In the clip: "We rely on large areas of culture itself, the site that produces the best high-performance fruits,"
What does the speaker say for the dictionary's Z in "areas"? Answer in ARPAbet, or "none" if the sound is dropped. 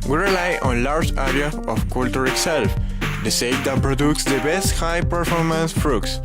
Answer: none